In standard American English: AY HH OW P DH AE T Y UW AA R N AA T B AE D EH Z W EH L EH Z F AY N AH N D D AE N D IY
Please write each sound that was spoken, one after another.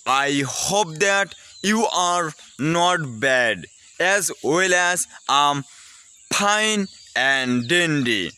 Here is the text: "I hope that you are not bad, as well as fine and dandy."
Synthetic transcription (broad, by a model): AY HH OW P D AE T Y UW AA R N AA T B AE D EH Z W EH L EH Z P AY N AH N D D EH N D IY